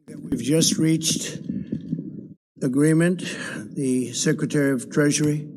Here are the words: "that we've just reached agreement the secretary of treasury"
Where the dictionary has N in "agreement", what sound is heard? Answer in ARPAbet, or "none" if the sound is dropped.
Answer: N